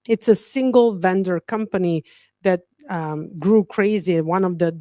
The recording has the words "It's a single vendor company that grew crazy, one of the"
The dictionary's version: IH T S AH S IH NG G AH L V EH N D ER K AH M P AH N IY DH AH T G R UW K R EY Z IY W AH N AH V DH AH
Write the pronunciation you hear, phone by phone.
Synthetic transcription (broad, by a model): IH T S AH S IH NG G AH L V EH N D ER K AH M P AH N IY DH AH T G R UW K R EY Z IY W AH N AH V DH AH